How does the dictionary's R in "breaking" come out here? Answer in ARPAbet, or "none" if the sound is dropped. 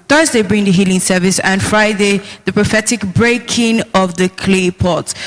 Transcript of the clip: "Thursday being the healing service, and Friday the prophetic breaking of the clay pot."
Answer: R